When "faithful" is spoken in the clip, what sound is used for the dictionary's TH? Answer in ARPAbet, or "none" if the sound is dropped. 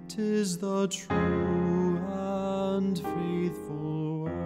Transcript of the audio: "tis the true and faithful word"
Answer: TH